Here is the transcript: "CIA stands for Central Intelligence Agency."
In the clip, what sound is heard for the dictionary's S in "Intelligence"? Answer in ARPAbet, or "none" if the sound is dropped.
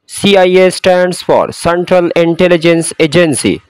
S